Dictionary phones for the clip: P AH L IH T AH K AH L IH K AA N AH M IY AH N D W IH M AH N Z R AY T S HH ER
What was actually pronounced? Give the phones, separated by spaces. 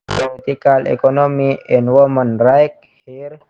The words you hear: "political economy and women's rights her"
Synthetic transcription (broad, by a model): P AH L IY T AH K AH L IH K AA N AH M IY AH N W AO M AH N R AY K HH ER